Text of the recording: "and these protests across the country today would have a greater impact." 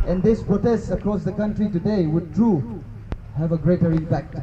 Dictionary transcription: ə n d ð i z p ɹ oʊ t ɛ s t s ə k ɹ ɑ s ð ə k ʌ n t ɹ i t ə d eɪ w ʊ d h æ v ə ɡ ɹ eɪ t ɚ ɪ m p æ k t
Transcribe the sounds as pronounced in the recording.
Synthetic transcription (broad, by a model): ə n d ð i s p ɹ oʊ t ɛ s t s ə k ɹ ɑ s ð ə k ʌ n t ɹ i t ə d eɪ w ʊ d h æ v ə ɡ ɹ eɪ t ɚ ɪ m p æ k t